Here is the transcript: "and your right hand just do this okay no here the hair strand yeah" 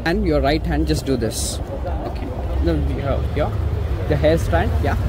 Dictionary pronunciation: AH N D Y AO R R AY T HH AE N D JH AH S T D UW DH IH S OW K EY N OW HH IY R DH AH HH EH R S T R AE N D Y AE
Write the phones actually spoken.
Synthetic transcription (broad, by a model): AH N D Y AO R R AY T HH AE N D JH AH S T D UW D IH S OW K EY N OW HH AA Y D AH HH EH L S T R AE N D Y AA